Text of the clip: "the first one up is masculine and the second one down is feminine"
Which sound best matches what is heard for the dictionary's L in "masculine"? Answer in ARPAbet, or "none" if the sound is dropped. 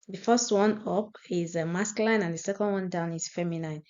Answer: none